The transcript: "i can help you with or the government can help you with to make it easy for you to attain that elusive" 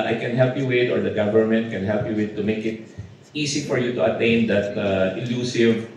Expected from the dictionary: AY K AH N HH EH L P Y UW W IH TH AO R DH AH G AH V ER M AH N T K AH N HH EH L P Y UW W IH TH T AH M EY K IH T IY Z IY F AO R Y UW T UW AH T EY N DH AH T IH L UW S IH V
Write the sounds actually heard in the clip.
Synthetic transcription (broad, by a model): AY K AH N HH EH L P Y UW W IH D AO R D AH G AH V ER M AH N T K AH N HH EH L P Y UW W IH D T AH M EY K IH T IY S IY F AO R Y UW T UW AH T EY N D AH T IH L UW S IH V